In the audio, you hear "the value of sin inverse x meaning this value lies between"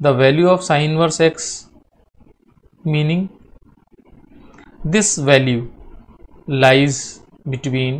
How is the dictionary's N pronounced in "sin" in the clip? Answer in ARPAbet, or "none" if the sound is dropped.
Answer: none